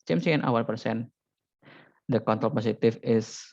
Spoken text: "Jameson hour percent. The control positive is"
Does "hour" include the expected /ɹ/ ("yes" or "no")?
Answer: no